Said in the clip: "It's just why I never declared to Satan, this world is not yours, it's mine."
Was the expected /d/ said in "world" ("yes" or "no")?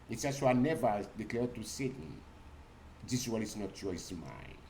no